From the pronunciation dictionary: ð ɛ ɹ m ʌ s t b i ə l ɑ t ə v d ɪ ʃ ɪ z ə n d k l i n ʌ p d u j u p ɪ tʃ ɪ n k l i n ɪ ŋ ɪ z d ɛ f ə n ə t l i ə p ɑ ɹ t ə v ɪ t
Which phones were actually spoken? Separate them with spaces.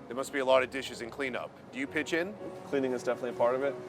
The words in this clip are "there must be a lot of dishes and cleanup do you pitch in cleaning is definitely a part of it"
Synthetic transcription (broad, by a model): ð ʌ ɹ m ʌ s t b i ə l ɑ t ə v d ɪ ʃ ɪ z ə n k l i n ʌ p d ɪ j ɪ p ɪ tʃ ɪ n k l i n ɪ ŋ ɪ z d ɛ f ə n ə t l i p ɑ ɹ t ə v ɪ t